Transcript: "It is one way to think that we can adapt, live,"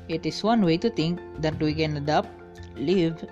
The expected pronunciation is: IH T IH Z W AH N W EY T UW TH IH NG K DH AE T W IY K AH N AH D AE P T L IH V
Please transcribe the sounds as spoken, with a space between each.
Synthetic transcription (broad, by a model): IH T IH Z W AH N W EY T UW T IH NG K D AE T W IY K AH N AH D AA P L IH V